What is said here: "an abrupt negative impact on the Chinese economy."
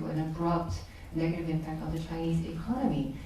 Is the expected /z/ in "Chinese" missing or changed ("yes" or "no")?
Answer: no